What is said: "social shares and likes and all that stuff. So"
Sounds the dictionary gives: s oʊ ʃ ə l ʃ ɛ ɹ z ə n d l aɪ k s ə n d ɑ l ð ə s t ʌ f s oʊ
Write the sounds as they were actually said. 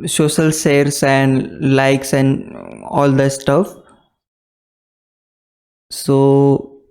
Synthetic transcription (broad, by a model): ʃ oʊ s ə l s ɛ ɹ s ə n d l aɪ k s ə n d ɑ l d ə s t ʌ f s oʊ